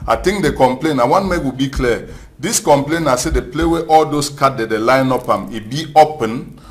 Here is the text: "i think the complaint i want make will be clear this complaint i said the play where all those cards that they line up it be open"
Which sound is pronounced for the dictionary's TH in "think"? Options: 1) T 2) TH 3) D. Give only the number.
1